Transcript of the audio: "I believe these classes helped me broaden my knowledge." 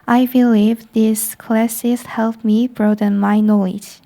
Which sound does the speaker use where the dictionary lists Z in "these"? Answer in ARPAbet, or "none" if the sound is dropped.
S